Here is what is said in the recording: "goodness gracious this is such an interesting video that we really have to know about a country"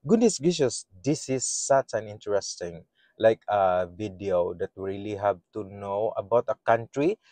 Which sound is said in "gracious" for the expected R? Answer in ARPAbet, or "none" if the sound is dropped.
none